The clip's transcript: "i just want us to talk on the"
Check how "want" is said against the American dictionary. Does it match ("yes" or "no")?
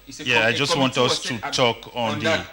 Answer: yes